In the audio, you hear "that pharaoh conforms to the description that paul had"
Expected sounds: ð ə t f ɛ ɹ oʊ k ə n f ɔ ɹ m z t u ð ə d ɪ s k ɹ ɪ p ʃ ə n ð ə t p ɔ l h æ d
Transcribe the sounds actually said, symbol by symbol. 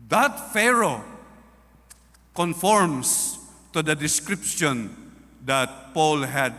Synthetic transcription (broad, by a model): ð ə t f ɛ ɹ oʊ k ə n f ɔ ɹ m s t u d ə d ɪ s k ɹ ɪ p ʃ ə n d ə t p ɔ l h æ d